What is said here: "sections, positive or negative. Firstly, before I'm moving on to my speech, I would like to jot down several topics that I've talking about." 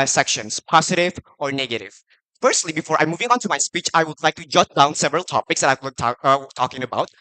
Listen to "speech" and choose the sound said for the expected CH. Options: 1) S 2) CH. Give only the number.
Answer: 2